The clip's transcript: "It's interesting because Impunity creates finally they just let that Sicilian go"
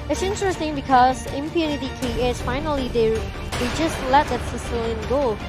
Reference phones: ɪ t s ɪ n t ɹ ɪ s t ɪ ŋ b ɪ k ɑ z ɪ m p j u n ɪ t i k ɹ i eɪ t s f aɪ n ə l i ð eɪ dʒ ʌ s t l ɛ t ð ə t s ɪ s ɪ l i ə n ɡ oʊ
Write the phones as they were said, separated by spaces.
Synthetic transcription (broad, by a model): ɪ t s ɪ n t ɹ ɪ s t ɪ ŋ b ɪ k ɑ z ɪ m p j u n ɪ t i k i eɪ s f aɪ n ə l i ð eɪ dʒ ʌ s t l ɛ t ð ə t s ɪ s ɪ l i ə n ɡ oʊ